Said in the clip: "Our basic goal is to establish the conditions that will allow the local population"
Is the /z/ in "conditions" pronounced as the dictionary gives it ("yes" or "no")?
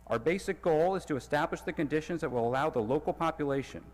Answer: yes